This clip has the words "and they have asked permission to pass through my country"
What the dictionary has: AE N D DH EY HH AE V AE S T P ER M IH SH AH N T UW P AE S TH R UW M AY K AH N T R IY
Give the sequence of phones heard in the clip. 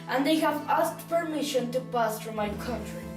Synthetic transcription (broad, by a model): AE N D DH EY HH AE V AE S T P ER M IH SH AH N T UW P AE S T R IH M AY K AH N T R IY